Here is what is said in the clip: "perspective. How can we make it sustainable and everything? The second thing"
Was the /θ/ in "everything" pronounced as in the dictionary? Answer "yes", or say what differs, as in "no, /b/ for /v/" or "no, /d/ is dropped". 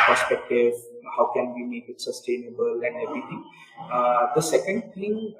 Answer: no, /t/ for /θ/